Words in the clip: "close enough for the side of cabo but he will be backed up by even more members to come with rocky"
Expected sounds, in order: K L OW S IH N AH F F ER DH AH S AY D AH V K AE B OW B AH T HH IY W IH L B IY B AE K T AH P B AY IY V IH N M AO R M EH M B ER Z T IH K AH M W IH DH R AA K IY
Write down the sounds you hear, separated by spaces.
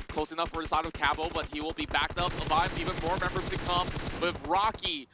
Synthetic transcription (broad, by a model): K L OW S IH N AH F F ER DH AH S AY D AH V K AE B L B AH T HH IY W IH L B IY B AE K T AH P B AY IY V IH N M AO R M EH M B ER Z T IH K AH M W IH DH R AA K IY